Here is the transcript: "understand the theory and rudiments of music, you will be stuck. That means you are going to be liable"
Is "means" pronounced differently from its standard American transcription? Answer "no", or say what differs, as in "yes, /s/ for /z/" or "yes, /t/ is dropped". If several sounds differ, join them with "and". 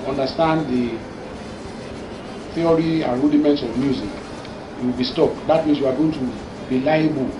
yes, /s/ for /z/